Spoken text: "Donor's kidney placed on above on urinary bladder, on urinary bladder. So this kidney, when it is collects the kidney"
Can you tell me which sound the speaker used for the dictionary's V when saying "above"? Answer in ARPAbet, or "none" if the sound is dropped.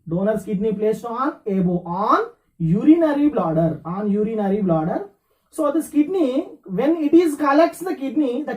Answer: none